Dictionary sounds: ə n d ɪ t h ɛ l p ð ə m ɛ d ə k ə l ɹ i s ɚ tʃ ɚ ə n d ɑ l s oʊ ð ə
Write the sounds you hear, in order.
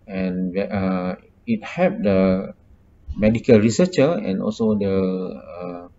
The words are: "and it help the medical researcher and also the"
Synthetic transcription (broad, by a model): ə n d ɪ t h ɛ p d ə m ɛ d ə k ə l ɹ i s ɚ tʃ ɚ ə n ɑ l s oʊ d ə